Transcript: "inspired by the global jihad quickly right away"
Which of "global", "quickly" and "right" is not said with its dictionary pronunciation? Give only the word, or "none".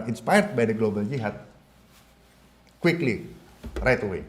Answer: none